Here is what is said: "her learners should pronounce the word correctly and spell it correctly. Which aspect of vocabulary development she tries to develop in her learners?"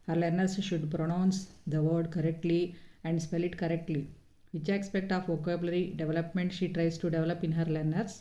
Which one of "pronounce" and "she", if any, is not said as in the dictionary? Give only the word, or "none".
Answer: none